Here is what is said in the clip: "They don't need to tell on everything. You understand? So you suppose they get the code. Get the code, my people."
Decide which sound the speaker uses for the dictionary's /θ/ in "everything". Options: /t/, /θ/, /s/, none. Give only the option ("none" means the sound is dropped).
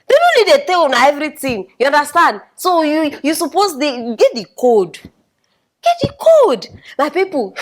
/t/